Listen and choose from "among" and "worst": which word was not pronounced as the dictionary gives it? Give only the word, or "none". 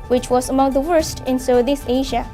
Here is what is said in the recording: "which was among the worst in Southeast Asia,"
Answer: none